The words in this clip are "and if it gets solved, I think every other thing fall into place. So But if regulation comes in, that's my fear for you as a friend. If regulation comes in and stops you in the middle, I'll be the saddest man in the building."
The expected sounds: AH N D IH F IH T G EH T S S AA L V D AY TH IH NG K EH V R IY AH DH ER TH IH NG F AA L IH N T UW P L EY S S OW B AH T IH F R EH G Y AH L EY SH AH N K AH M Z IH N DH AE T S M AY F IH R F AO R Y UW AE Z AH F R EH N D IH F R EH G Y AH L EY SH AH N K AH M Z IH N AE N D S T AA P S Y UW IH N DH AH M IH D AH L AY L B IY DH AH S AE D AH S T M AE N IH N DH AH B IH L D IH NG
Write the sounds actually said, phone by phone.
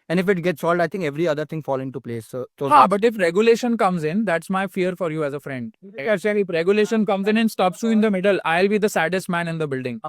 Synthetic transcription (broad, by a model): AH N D IH F IH T G EH T S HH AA L D AY T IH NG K EH V R IY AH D ER T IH NG F AA L IH N T UW P L EY S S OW B AH T IH F R EH G Y AH L EY SH AH N K AH M Z IH N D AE T S M AY F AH R F AO R Y UW AE Z AH F R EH N D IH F R EH G Y AH L EY SH AH N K AH M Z IH N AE N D S T AA P S Y UW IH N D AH M IH D AH L AY L B IY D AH S AE D AH S T M AE N IH N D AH B IH L D IH NG